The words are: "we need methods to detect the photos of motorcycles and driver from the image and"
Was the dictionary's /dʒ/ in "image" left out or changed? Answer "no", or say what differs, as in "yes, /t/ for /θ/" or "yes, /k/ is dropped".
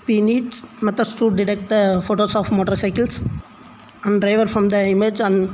no